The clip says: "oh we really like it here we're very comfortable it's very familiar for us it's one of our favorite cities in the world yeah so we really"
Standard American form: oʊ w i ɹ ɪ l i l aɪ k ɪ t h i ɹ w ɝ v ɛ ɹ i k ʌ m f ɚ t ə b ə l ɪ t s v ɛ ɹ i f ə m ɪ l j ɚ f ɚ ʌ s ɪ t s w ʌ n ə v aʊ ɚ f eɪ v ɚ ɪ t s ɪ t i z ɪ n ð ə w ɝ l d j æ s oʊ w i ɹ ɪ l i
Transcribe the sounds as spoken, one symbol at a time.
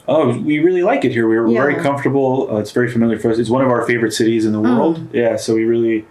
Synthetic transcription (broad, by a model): oʊ w i ɹ ɪ l i l aɪ k ɪ t h i ɹ w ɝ v ɛ ɹ i k ʌ m f t ə b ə ɪ t s v ɛ ɹ i f ə m ɪ l j ɚ f ɚ ʌ s ɪ t s w ʌ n ə v aʊ ɚ f eɪ v ɚ ɪ t s ɪ t i z ɪ n ð ə w ɝ l d j æ s oʊ w i ɹ ɪ l i